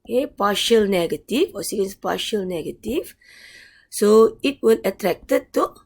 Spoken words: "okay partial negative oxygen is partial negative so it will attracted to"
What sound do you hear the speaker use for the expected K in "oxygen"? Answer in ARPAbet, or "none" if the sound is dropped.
none